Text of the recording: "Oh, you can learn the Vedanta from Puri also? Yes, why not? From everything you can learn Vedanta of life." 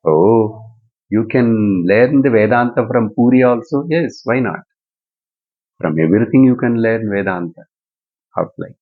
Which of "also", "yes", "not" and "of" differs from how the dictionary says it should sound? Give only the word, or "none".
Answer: of